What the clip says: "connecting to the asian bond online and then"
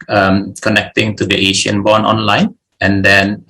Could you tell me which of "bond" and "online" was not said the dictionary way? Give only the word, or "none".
bond